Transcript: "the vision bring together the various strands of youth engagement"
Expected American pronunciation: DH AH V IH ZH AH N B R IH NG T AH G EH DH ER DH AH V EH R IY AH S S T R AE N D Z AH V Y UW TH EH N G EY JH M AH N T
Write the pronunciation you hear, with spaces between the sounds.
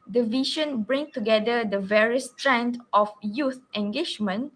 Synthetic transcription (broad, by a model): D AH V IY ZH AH N B R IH NG T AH G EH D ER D AH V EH R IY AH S S T R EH N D AH F Y UW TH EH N G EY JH M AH N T